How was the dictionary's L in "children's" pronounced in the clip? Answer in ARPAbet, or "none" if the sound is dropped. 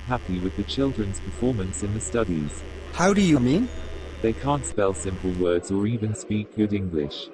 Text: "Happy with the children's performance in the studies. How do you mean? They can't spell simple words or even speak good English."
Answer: L